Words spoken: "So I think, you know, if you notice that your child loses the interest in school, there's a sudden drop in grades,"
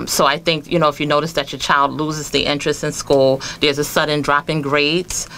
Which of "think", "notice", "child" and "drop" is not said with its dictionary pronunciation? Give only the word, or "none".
none